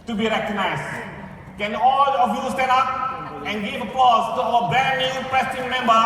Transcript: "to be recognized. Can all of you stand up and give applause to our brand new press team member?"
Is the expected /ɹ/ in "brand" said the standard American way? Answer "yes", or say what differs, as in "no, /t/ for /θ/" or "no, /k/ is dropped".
no, /ɹ/ is dropped